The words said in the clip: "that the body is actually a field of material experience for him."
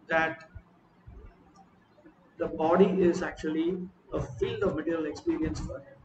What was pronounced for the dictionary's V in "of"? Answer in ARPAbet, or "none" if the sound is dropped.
V